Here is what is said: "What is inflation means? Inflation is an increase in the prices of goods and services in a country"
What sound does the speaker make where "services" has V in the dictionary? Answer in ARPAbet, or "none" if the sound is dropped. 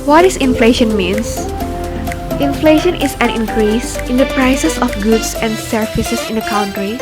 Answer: F